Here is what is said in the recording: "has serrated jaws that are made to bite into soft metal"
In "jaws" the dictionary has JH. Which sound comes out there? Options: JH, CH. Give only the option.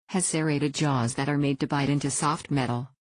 JH